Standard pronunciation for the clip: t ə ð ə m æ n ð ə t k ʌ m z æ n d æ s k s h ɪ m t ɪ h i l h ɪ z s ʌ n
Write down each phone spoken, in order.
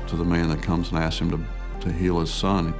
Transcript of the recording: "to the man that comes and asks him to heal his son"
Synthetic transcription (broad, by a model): t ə ð ə m æ n ð ə t k ʌ m z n æ s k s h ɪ m t ɪ h i l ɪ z s ʌ n